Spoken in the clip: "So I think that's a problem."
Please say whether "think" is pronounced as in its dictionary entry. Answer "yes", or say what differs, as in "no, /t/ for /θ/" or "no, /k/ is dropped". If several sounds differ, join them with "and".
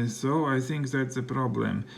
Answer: yes